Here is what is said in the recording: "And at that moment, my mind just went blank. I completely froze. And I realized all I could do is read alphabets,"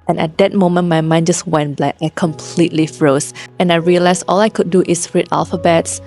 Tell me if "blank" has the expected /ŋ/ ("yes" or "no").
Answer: no